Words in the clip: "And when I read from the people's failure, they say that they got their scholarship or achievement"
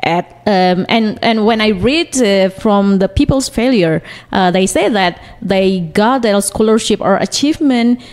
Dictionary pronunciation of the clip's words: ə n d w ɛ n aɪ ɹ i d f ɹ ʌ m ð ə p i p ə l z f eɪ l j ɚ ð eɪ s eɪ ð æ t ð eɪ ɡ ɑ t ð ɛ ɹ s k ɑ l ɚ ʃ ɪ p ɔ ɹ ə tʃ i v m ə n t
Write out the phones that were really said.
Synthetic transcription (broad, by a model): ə n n w ɛ n aɪ ɹ i d f ɹ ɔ m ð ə p i p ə l s f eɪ l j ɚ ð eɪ s eɪ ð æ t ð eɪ ɡ ɑ t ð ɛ s k ɑ l ɚ ʃ ɪ p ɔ ɹ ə tʃ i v m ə n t